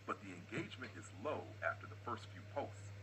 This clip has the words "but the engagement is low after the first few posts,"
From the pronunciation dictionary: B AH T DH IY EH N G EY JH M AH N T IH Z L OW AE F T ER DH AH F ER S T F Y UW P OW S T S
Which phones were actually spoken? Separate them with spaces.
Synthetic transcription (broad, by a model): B AH T DH IY EH N G EY JH M AH N T IH Z L OW AE F T ER DH AH F ER S T F Y UW P OW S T S